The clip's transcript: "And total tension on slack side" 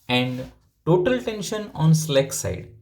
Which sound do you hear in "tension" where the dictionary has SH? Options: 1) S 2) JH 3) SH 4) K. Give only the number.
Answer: 3